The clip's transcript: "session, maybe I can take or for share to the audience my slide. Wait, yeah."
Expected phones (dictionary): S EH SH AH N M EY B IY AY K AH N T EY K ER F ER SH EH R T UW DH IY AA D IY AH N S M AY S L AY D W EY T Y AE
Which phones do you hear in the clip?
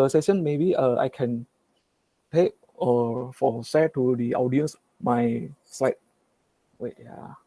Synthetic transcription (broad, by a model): S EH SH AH N M EY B IY AY K AH N T EY K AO F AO S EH T UW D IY AA D IY AH N S M AY S L AY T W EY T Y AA